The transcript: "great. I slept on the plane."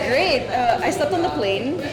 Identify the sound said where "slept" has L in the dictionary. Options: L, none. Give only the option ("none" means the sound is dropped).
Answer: none